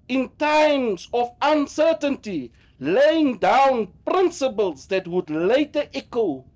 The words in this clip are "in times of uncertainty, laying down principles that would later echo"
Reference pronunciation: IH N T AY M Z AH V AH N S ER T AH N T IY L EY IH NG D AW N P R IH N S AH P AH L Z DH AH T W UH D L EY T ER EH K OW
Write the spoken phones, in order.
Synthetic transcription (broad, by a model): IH N T AY M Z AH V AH N S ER T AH N T IY L EY IH NG D AW N P R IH N S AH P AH L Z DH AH T W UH D L EY T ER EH K OW